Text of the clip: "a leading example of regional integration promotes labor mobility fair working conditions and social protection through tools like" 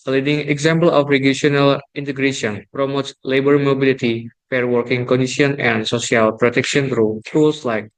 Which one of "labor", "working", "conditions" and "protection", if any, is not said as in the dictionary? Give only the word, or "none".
conditions